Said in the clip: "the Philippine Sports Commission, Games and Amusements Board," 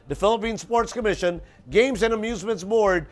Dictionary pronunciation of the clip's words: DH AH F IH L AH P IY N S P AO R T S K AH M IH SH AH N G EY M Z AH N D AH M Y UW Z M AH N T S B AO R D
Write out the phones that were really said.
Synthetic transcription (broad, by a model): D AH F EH L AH P IY N S P AO R T S K AH M IH SH AH N G EY M Z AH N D AH M Y UW Z M AH N T S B AO R D